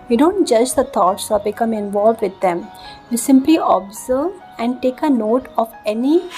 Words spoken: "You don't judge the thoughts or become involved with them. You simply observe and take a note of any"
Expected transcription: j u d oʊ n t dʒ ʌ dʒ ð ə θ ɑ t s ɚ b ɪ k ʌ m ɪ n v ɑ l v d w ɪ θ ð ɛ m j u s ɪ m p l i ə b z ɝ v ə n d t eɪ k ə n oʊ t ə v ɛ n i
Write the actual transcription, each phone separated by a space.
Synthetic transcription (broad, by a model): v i d oʊ n t dʒ ʌ dʒ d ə t ɑ t s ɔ b ɪ k ʌ m ɪ n v ɑ l v d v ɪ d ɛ m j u s ɪ m p l i ə b z ɝ v ə n d t eɪ k ə n oʊ t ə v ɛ n i